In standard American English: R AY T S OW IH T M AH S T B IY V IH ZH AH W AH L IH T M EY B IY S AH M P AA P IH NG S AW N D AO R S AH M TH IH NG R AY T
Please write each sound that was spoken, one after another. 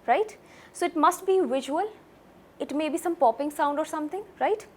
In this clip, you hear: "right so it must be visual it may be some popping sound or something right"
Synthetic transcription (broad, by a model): R AY T S OW IH T M AH S T B IY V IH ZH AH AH L IH T M EY B IY S AH M P AA P IH NG S AW N D AO R S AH M T IH NG R AY T